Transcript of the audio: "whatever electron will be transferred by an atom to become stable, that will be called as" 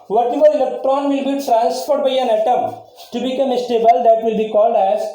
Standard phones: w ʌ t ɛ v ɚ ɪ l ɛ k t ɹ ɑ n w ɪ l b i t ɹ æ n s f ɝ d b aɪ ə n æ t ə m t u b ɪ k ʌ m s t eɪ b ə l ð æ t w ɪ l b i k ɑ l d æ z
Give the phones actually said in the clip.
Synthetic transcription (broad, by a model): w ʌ t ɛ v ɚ ɪ l ɛ k t ɹ ɑ n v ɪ l b i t ɹ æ n s p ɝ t b aɪ ə n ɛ t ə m t u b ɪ k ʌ m s t eɪ b ə l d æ t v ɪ l b i k ɑ l d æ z